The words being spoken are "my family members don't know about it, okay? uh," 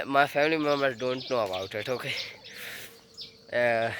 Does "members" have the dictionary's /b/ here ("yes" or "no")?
no